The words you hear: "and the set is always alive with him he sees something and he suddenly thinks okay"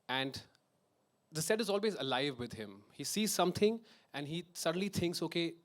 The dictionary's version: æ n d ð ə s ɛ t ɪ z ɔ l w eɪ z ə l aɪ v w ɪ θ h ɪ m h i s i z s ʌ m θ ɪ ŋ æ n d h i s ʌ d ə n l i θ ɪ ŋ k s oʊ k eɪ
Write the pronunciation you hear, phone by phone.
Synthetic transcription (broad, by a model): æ n d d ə s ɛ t ɪ z ɔ l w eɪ z ə l aɪ v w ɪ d h ɪ m h i s i z s ʌ m t ɪ ŋ æ n d h i s ʌ d ə n l i t ɪ ŋ k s oʊ k eɪ